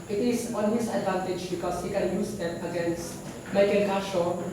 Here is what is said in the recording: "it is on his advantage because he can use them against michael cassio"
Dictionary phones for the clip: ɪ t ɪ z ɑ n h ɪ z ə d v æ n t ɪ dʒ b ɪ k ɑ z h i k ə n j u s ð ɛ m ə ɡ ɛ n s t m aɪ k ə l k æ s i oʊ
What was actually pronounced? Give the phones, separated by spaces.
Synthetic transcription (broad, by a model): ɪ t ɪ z ɑ n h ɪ s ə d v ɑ n t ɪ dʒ b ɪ k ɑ s h i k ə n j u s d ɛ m ə ɡ ɛ n s t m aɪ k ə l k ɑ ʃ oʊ